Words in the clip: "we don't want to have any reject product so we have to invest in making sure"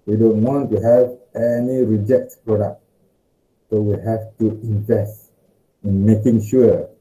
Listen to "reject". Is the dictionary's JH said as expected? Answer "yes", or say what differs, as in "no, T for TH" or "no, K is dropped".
yes